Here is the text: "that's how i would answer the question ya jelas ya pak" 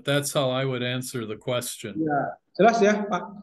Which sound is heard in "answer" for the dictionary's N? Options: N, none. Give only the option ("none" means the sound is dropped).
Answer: N